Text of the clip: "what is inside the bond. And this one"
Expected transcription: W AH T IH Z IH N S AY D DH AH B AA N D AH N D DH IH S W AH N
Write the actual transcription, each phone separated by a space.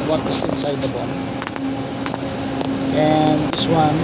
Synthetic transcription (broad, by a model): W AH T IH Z IH N S AY D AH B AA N AH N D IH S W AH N